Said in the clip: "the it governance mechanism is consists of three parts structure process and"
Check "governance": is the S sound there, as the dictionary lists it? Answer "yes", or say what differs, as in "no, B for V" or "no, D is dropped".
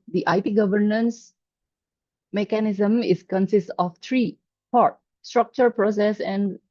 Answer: yes